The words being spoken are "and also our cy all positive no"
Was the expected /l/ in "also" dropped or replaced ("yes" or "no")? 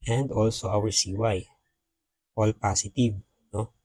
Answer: no